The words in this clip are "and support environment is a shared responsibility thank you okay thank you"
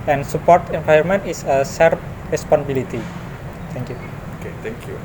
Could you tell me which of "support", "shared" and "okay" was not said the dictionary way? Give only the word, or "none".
shared